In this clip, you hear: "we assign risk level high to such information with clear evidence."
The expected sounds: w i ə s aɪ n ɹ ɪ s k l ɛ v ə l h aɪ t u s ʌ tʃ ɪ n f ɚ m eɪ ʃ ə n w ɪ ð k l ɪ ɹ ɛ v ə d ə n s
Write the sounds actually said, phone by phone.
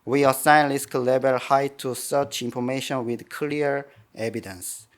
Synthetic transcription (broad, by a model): w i ə s aɪ n l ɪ s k l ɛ b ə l h aɪ t u s ʌ tʃ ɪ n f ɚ m eɪ ʃ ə n w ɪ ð k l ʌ ɹ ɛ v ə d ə n s